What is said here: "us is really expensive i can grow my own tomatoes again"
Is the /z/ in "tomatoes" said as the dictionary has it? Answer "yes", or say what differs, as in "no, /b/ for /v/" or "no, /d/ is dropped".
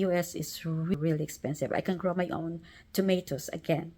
no, /s/ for /z/